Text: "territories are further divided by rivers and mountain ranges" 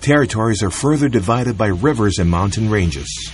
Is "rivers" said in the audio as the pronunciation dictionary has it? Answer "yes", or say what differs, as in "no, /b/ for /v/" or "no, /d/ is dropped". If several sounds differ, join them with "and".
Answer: yes